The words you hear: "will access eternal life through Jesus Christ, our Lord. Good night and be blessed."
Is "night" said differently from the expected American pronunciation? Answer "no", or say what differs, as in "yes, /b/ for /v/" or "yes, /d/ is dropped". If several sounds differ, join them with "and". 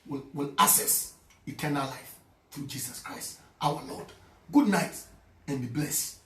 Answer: no